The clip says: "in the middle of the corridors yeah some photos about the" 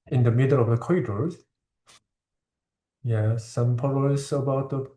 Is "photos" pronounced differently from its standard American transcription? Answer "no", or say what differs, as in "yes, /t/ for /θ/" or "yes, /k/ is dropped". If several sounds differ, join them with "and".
yes, /p/ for /f/